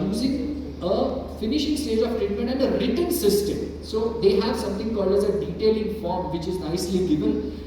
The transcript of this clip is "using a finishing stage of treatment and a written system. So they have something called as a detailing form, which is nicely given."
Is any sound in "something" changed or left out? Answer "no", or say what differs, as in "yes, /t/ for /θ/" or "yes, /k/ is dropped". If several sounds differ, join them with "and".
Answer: yes, /t/ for /θ/